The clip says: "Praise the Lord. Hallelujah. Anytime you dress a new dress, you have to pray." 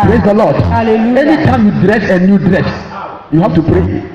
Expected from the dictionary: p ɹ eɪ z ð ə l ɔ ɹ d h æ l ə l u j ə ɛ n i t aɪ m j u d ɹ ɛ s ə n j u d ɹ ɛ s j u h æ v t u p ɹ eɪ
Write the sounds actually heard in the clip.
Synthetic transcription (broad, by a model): p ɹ eɪ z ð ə l ɔ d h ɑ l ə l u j ɛ n i t aɪ m j u d ɹ ɛ s ə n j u d ɹ ɛ s j u h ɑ f t u p ɹ eɪ